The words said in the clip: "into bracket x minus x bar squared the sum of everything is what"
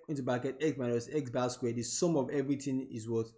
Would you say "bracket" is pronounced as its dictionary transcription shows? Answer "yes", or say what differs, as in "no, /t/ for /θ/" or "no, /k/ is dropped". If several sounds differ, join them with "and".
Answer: no, /ɹ/ is dropped